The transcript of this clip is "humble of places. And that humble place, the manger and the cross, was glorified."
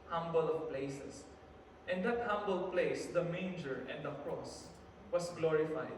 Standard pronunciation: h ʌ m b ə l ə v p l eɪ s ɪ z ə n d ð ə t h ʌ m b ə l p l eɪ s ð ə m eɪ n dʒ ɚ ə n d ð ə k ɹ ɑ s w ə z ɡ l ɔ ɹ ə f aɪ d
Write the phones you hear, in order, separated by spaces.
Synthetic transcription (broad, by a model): h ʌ m b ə l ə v p l eɪ s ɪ s ə n d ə t h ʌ m b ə l p l eɪ s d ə m eɪ n dʒ ɚ ə n d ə k ɹ ɑ s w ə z ɡ l ɔ ɹ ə f aɪ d